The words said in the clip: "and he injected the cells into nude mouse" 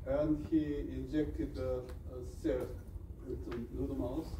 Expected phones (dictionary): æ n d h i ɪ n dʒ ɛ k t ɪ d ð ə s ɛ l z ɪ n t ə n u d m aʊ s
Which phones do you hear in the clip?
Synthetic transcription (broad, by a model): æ n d h i ɪ n dʒ ɛ k t ɪ d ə s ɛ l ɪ t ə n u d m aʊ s